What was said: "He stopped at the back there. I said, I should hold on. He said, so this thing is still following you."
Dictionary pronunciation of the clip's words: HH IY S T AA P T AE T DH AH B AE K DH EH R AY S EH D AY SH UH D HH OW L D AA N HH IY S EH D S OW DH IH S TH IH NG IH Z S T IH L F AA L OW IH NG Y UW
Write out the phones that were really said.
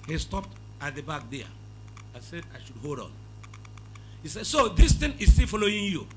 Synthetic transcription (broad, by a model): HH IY S T AA P T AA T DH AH B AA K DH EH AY S EH D AY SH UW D HH OW L D AA N HH IY S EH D S OW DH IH S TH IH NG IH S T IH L F AA L OW IH NG Y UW